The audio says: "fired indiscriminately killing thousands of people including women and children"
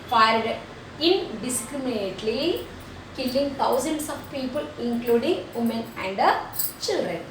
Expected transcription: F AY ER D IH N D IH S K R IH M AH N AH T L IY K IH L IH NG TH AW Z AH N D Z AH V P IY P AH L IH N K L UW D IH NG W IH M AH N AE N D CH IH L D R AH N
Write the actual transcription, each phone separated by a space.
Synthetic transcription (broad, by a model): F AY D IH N D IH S K R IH M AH N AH T L IY K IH L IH NG T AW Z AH N D S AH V P IY P AH L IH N K L UW D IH NG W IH M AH N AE N D CH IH L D R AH N